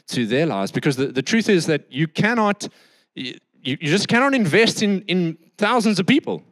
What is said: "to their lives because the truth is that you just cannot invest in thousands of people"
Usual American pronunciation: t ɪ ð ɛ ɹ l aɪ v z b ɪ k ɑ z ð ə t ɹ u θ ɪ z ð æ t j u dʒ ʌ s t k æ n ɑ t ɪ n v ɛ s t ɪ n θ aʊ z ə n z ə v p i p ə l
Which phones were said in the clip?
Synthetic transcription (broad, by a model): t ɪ ð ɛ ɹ l aɪ v z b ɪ k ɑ z ð ə t ɹ u θ ɪ z ð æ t j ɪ dʒ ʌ s k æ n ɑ t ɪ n v ɛ s t ɪ n θ aʊ z ə n z ə v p i p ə l